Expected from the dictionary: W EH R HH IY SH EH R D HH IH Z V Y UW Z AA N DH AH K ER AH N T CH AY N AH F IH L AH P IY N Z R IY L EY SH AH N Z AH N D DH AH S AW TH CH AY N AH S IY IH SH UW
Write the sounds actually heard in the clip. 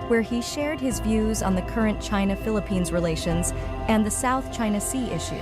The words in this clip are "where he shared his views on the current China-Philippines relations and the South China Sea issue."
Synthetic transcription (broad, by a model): W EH R IY SH EH R D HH IH Z V Y UW Z N DH AH K ER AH N CH AY N AH F IH L AH P IY N Z R IY L EY SH AH N Z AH N DH AH S AW TH CH AY N AH S IY IH SH UW